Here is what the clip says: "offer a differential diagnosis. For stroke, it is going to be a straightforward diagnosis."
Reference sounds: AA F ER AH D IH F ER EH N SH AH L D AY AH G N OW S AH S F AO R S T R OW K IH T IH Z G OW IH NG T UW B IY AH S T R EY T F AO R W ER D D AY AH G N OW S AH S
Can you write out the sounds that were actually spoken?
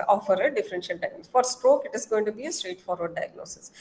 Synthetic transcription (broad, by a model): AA F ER AH D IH F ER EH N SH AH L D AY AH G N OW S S F AO R S T R OW K IH T IH Z G OW IH NG T UW B IY AH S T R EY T F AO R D D AY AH G N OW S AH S